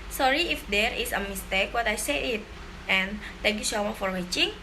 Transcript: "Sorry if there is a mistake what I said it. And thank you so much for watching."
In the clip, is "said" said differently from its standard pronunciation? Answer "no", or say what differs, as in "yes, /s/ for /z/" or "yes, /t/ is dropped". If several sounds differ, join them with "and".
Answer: yes, /d/ is dropped